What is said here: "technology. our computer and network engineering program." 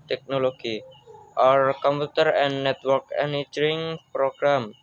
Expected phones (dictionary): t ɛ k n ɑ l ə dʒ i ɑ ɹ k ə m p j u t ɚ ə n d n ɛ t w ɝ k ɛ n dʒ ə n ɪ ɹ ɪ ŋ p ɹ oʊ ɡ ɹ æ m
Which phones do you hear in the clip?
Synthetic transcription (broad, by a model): t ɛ k n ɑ l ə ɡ i ɑ ɹ k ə m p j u t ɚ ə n n ɛ t w ɝ k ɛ n ə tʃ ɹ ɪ ŋ p ɹ oʊ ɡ ɹ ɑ m